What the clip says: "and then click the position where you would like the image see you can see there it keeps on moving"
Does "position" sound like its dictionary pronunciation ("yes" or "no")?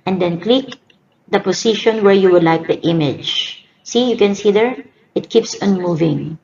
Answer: no